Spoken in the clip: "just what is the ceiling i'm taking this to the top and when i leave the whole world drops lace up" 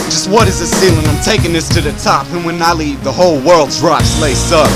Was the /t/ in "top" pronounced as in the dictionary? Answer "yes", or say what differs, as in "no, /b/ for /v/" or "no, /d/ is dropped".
yes